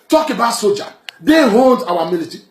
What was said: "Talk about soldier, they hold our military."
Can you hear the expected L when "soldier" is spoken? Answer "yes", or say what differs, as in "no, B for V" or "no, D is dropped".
no, L is dropped